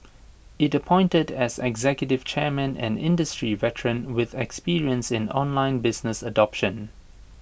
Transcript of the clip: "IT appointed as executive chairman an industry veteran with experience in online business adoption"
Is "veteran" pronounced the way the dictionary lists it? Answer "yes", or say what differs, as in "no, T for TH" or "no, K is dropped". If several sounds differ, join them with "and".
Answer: yes